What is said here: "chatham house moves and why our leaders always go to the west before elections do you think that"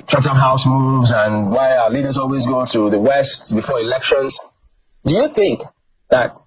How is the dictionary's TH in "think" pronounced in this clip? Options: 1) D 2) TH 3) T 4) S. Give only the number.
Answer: 2